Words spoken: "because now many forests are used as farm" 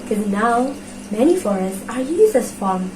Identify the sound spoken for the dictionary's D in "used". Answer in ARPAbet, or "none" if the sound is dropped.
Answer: none